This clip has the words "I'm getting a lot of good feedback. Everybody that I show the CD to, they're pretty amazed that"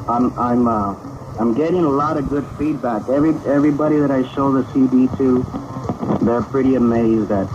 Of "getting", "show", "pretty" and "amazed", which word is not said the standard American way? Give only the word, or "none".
none